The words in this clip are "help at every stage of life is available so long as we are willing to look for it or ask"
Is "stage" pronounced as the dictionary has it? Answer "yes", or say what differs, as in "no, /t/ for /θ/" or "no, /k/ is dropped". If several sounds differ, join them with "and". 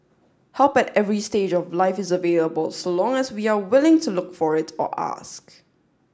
yes